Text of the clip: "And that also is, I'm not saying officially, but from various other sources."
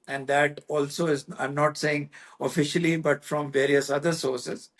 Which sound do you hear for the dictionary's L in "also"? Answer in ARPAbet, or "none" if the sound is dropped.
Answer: L